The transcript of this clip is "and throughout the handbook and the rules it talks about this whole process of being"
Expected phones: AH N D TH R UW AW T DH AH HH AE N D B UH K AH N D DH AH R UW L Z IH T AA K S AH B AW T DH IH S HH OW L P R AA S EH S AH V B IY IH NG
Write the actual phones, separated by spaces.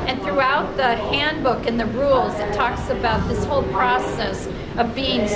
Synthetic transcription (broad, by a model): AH N TH R UW AW T DH AH HH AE N B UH K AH N DH AH R UW L Z IH T AA K S AH B AW T DH IH S HH OW L P R AA S EH S AH V B IY IH NG